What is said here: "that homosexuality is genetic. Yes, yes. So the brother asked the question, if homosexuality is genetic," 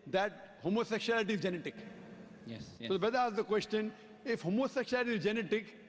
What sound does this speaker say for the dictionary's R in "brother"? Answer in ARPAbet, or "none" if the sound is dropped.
none